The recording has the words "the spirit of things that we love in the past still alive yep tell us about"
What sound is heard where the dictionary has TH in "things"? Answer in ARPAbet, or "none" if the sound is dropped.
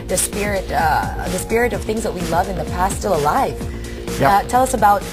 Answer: TH